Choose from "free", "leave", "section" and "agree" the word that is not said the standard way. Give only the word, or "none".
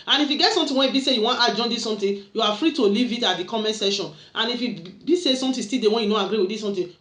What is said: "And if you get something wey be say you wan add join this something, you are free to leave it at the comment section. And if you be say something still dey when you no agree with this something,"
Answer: section